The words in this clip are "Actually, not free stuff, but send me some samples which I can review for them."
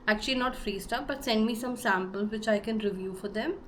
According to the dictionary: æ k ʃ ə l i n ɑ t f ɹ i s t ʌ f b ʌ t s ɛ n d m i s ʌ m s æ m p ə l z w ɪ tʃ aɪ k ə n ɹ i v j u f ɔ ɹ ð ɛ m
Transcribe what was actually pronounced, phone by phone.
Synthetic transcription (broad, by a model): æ k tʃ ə l i n ɑ t f ɹ i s t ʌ p b ʌ t s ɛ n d m i s ʌ m s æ m p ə l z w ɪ tʃ aɪ k ə n ɹ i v j u f ɔ ɹ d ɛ m